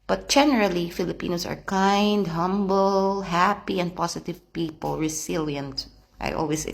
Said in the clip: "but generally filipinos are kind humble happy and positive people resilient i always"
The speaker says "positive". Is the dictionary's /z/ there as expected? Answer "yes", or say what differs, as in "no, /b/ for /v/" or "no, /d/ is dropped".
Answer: no, /s/ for /z/